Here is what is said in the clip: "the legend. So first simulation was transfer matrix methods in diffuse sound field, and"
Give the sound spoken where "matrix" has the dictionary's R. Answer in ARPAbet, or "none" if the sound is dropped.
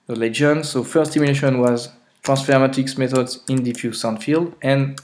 none